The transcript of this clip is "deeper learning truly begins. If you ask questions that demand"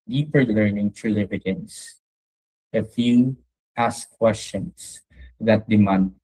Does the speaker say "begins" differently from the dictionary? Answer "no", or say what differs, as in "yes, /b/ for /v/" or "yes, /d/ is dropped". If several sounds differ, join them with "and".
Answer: yes, /s/ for /z/